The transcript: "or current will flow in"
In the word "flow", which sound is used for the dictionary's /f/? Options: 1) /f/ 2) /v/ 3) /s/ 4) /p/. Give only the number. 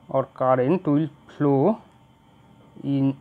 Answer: 4